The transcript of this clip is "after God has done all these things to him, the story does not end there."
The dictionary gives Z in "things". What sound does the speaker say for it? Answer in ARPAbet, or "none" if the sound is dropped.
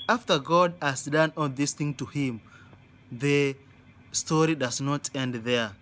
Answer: none